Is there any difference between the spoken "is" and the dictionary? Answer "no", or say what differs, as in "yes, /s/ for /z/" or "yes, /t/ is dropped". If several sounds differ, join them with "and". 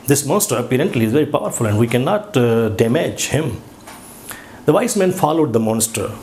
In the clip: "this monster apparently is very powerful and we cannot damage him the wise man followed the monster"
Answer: no